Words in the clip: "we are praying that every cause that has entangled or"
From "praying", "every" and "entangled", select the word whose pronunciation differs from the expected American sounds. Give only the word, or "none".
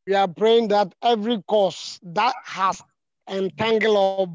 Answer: entangled